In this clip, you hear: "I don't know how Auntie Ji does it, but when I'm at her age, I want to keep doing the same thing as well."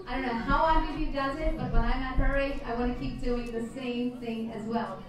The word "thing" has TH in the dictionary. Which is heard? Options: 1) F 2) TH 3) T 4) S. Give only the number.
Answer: 2